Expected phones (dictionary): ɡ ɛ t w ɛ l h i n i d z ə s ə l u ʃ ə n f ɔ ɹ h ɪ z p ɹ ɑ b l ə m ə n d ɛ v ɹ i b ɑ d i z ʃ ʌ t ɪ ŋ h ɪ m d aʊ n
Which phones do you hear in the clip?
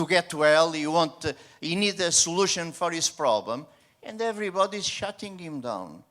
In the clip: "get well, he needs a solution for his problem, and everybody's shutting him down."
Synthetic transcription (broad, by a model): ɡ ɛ t w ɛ l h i n i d ə s ə l u ʃ ə n f ɔ ɹ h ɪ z p ɹ ɑ b l ə m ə n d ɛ v ɹ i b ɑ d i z ʃ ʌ t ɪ ŋ h ɪ m d aʊ n